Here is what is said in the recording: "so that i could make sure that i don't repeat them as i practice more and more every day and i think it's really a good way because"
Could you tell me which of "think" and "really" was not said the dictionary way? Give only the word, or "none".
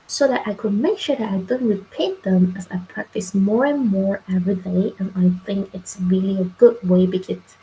none